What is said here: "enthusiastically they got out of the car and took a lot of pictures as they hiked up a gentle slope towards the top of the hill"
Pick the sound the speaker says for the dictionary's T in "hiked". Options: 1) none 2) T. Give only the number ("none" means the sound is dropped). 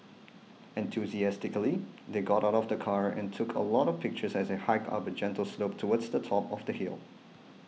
1